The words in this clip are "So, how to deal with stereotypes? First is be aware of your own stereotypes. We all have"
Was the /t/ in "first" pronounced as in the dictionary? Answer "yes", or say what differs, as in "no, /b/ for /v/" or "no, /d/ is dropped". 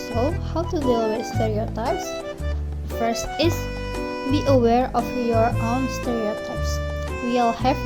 yes